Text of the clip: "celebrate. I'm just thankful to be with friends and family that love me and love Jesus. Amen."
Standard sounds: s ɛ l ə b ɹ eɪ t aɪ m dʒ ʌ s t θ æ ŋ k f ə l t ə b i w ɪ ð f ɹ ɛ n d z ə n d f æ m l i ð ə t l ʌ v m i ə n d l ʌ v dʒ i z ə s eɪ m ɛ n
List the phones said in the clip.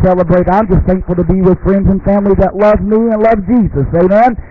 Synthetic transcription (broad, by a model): s ɛ l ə b ɹ eɪ t aɪ m dʒ ʌ s t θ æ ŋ k f l t ə b i w ɪ ð f ɹ ɛ n d z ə n f æ m l i ð ə t l ʌ v m i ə n l ʌ v dʒ i z ə s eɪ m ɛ n